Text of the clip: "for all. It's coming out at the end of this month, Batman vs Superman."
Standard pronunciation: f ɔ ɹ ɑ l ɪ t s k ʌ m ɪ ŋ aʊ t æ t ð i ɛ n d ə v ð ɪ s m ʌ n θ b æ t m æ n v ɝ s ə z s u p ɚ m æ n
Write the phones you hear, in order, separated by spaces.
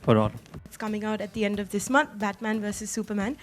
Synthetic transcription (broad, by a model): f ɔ ɹ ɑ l ɪ t s k ʌ m ɪ ŋ aʊ t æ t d i ɛ n d ə v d ɪ s m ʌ n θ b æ t m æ n v ɝ s ə z s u p ɚ m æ n